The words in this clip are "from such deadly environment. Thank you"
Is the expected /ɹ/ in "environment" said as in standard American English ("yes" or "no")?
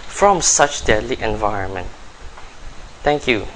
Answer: yes